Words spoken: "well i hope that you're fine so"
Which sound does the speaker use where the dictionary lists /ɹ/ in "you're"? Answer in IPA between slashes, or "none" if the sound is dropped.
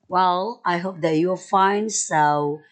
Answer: /l/